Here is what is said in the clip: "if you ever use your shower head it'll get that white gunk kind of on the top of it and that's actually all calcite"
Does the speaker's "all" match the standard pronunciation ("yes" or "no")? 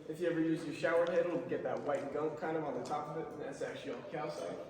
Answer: no